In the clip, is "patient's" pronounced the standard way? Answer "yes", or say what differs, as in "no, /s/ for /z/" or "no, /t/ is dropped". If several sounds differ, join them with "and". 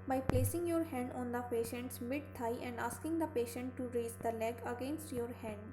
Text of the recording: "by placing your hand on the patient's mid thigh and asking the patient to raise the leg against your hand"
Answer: yes